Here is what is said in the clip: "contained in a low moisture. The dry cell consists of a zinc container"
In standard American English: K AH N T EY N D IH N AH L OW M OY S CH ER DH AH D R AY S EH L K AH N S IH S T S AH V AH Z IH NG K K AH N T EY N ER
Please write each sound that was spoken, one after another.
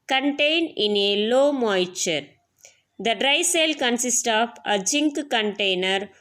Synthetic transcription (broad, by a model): K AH N T EY N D IH N AH L OW M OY CH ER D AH D R AY S EH L K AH N S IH S T AH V AH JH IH NG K K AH N T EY N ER